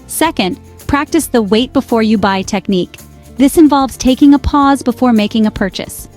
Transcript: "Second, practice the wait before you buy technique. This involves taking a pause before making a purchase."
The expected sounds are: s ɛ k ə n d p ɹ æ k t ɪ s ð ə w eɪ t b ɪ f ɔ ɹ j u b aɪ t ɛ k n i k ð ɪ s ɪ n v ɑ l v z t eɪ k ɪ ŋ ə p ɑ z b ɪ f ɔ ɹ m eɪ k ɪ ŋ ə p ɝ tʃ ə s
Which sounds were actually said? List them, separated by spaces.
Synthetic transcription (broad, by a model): s ɛ k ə n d p ɹ æ k t ɪ s ð ə w eɪ t b ɪ f ɔ ɹ j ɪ b aɪ t ɛ k n i k ð ɪ s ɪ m v ɑ l v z t eɪ k ɪ ŋ ə p ɑ z b ɪ f ɔ ɹ m eɪ k ɪ ŋ ə p ɝ tʃ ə s